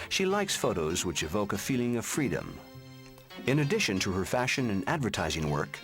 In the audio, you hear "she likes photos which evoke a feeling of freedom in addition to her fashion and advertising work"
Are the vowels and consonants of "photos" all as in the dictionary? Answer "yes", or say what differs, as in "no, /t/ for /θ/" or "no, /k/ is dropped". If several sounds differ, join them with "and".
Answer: yes